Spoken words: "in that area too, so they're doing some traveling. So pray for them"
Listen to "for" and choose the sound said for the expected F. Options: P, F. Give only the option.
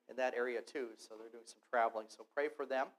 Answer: F